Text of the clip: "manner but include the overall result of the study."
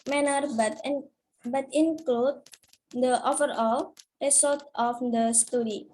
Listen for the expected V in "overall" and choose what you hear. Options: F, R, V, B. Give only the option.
F